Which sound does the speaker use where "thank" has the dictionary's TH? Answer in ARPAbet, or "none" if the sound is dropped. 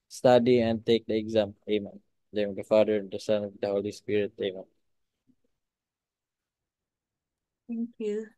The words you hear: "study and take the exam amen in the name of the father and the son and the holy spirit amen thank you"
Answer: T